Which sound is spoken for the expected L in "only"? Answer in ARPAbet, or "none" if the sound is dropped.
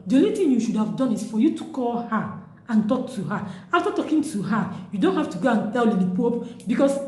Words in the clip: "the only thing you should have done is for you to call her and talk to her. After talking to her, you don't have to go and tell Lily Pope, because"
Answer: none